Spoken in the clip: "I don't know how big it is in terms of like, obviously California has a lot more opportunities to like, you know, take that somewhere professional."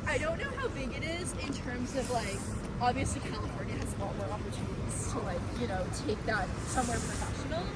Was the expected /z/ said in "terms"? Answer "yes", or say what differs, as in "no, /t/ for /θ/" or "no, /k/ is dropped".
yes